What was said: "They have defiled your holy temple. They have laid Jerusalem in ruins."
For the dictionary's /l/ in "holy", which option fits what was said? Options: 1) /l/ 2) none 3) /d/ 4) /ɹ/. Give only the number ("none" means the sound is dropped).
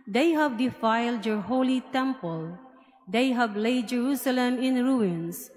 1